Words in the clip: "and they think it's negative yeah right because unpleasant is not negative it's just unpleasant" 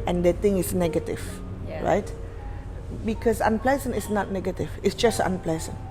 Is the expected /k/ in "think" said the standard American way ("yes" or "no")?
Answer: no